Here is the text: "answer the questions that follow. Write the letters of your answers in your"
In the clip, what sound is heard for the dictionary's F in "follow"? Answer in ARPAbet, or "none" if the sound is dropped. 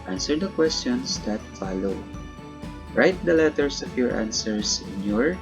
F